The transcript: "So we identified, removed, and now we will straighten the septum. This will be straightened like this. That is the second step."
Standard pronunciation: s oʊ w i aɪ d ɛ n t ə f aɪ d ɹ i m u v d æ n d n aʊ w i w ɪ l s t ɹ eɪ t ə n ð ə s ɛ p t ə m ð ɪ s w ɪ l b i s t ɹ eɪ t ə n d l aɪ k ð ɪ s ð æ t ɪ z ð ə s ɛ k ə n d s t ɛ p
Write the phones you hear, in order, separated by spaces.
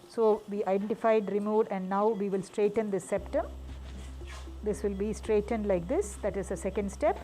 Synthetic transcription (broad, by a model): s oʊ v i aɪ d ɛ n t ə f aɪ d ɹ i m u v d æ n d n aʊ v i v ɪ l s t ɹ eɪ t ə n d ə s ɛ p t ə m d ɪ s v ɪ l b i s t ɹ eɪ t ə n d l aɪ k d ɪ s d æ t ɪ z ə s ɛ k ə n d s t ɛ p